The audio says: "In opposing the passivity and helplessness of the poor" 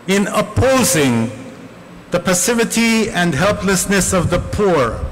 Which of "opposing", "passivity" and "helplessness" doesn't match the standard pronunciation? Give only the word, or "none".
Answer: none